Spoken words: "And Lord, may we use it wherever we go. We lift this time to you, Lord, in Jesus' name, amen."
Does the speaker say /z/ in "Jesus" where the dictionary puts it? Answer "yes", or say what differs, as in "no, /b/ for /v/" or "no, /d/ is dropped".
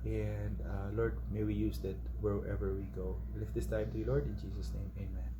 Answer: no, /s/ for /z/